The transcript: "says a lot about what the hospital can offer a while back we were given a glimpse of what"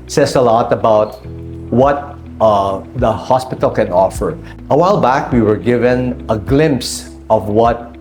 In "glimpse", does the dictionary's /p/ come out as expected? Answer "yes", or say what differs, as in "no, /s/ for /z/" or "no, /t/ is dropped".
yes